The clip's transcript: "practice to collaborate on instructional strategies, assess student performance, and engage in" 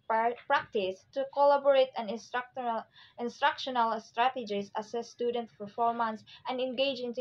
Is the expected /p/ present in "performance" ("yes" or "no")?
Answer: no